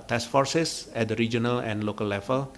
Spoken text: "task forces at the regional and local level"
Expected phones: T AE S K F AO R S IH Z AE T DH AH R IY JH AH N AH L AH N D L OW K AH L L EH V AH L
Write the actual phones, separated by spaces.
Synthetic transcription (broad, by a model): T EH S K F AO R S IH S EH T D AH R IY JH AH N AH L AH N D L OW K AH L L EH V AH L